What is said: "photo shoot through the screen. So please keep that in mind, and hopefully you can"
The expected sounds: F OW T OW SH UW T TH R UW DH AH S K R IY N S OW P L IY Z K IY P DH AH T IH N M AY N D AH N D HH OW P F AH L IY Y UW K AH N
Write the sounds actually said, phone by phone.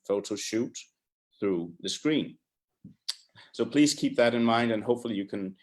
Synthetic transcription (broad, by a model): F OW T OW SH UW T TH R UW DH AH S K R IY N S OW P L IY Z K IY P DH AH T IH N M AY N D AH N HH OW P F L IY Y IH K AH N